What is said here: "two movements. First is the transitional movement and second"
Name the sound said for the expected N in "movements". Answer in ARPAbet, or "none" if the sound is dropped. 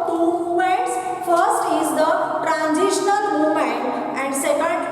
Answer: none